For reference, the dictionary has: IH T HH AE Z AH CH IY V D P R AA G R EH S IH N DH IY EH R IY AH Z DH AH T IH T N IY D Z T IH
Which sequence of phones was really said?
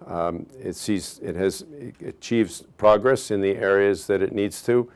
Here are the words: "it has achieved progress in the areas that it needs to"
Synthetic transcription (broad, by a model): IH T HH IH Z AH CH IY V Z P R AA G R EH S IH N DH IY EH R IY AH Z DH AH T IH T N IY D Z T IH